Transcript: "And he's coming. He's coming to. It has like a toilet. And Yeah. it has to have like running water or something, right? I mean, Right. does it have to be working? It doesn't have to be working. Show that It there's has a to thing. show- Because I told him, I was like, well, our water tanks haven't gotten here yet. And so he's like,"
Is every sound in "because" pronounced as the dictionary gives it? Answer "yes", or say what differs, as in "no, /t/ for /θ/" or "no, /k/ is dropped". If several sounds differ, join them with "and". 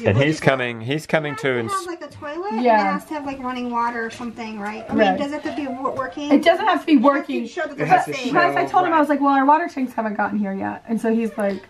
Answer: no, /k/ is dropped